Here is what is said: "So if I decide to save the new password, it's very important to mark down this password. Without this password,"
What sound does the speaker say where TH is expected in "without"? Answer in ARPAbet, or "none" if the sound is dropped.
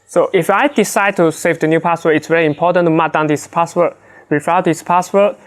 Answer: F